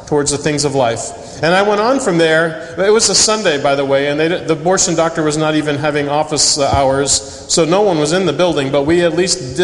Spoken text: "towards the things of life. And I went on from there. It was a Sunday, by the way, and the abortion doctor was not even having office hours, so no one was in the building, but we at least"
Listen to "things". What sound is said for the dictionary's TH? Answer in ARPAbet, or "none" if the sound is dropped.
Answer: TH